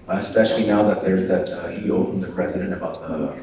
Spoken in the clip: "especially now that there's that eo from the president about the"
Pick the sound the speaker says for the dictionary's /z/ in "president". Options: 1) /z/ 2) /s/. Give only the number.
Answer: 1